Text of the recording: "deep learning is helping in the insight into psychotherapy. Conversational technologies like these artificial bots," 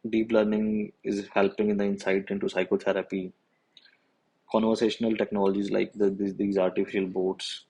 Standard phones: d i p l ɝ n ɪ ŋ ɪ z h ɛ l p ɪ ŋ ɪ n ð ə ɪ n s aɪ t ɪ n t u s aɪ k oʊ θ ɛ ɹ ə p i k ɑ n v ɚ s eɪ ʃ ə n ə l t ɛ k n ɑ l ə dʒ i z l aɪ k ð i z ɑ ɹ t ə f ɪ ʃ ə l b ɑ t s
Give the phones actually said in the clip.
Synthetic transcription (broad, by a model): d i p l ɝ n ɪ ŋ ɪ z h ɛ l p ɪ ŋ ɪ n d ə ɪ n s aɪ t ɪ n t u s aɪ k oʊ t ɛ ɹ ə p i k ɑ n v ɚ s eɪ ʃ ə n ə l t ɛ k n ɑ l ə dʒ i z l aɪ k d i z ɑ ɹ t ə f ɪ ʃ ə l b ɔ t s